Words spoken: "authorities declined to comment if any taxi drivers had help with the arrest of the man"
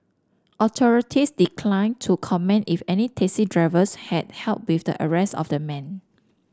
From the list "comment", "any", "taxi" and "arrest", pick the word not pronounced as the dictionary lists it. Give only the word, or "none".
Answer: taxi